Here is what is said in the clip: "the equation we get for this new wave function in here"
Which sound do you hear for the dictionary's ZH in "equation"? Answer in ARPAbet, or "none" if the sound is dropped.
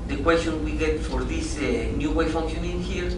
S